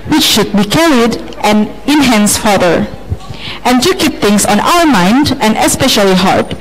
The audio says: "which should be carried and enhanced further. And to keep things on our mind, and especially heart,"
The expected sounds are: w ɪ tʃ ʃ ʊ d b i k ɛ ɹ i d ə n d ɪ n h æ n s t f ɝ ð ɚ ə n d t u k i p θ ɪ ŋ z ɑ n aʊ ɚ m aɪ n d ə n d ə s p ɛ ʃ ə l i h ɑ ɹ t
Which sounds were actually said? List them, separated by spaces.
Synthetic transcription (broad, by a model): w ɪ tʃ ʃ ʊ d b i k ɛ ɹ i d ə n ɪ n h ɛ n s f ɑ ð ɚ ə n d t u k i p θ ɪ ŋ s ɑ n aʊ ɚ m aɪ n d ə n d ə s p ɛ ʃ ə l i h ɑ ɹ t